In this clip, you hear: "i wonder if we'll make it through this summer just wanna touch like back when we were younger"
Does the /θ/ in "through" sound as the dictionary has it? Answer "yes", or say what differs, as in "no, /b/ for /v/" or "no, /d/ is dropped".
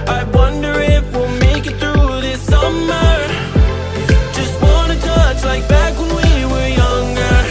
yes